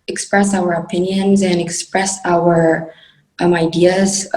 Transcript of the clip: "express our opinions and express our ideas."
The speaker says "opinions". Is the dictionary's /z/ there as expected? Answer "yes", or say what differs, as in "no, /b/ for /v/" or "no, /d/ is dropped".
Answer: yes